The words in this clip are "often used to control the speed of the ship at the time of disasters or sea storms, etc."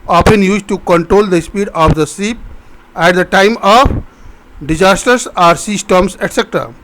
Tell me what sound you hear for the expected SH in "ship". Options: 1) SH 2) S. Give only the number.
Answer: 2